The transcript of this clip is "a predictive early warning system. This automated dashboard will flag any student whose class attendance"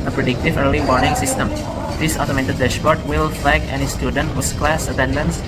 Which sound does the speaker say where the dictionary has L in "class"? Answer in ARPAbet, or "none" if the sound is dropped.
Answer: L